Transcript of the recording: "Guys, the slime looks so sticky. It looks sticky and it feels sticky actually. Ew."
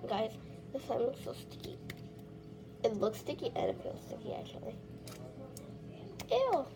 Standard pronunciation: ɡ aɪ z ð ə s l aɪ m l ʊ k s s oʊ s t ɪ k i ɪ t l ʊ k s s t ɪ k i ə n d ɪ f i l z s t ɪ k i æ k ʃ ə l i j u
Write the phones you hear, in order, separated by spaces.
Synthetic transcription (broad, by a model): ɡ aɪ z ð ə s aɪ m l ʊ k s s oʊ s t ɪ k i ɪ t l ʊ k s s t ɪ k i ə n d ɪ p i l s t ɪ k i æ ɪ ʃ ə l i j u